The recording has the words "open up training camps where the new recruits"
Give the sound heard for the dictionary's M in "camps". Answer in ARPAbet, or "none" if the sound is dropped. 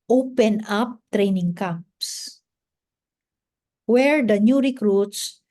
none